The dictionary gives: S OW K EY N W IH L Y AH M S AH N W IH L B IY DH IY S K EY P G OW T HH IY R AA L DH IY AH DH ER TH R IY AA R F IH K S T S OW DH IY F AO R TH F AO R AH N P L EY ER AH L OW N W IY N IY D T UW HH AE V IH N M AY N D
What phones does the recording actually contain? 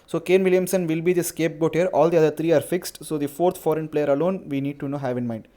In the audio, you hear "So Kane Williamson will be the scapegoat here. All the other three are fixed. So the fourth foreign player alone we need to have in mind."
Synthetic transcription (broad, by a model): S OW K EY N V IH L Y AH M S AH N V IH L B IY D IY S K EY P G OW T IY R AA L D IY AH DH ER T R IY AA R F IH K S T S OW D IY F AO R T F AO R AH N P L EY ER AH L OW N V IY N IY D T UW HH AE V IH N M AY N D